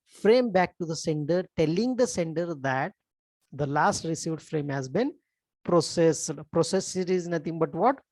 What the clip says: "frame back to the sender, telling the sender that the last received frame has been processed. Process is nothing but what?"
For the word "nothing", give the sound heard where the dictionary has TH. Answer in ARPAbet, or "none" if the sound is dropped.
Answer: T